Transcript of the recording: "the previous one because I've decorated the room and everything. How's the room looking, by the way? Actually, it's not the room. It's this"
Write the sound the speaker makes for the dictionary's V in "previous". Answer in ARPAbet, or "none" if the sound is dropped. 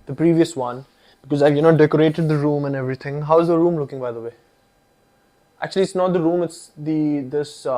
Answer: V